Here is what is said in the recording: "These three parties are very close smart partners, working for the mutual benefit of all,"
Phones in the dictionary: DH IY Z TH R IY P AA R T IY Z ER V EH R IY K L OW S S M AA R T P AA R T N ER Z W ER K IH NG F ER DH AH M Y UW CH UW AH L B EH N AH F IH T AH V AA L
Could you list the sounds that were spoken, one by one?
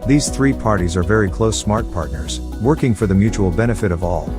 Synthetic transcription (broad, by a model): DH IY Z TH R IY P AA R T IY Z ER V EH R IY K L OW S S M AA R T P AA R T N ER Z W ER K IH NG F ER DH AH M Y UW CH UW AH L B EH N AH F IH T AH V AA L